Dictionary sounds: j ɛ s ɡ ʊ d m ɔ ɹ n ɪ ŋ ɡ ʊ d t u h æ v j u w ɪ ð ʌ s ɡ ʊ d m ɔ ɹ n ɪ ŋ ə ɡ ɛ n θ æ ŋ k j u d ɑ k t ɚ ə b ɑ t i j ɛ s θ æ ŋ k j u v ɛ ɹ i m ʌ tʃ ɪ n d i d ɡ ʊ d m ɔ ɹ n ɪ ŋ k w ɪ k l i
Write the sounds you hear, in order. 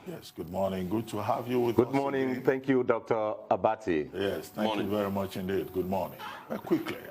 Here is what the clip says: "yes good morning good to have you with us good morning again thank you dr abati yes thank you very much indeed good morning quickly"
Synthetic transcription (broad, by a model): j ɛ s ɡ ʊ d m ɔ ɹ n ɪ ŋ ɡ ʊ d t u h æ v j u w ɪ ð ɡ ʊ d m ɔ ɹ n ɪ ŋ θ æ ŋ k j u d ɑ k t ɚ ə b ɑ t i j ɛ s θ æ j u v ɛ ɹ i m ʌ tʃ ɪ n d i d ɡ ʊ d m ɔ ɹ n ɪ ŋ k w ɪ k l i